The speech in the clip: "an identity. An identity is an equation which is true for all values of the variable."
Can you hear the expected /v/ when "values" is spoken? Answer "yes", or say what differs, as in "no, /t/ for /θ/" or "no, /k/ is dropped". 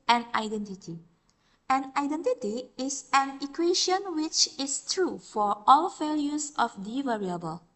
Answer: no, /f/ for /v/